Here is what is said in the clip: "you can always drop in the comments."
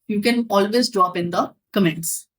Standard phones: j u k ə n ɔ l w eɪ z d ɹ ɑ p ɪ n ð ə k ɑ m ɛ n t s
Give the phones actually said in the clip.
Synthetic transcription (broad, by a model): j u k ə n ɔ l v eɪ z d ɹ ɑ p ɪ n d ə k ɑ m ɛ n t s